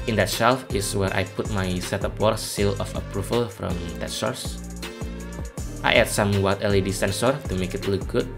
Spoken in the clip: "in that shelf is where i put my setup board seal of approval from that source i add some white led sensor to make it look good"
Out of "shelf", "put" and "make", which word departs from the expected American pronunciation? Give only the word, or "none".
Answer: none